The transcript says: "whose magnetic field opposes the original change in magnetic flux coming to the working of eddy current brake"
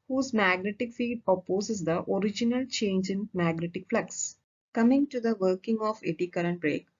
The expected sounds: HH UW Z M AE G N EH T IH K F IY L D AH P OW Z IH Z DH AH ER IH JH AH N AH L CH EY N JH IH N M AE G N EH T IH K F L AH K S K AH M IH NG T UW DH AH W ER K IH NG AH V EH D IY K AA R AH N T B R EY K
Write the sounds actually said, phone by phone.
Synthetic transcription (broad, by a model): HH UW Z M AE G N EH T IH K F IY D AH P OW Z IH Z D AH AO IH JH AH N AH L CH EY N JH IH N M AE G N EH T IH K F L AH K S K AH M IH NG T UW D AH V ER K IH NG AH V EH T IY K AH R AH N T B R EY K